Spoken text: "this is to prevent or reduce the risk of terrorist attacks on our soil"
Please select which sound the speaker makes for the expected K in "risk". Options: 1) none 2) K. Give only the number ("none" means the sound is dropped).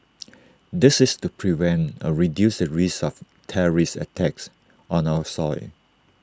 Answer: 1